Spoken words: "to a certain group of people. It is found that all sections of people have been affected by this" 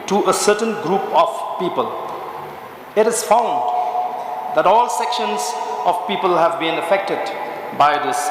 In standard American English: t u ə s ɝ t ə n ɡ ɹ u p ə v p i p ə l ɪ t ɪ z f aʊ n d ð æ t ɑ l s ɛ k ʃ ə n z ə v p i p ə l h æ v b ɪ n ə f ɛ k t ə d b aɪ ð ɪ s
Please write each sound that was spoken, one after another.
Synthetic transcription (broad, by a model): t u ə s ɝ t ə n ɡ ɹ u p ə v p i p ə l ɪ t ɪ z f aʊ n d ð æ t ɑ l s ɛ k ʃ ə n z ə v p i p ə l h æ v b ɪ n ə f ɛ k t ə d b aɪ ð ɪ s